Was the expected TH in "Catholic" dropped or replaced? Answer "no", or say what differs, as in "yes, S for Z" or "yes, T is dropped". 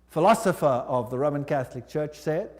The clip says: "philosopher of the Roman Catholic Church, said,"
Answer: no